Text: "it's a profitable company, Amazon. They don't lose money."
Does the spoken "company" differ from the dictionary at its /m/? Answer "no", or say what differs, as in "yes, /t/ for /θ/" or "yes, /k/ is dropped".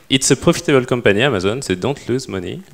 yes, /m/ is dropped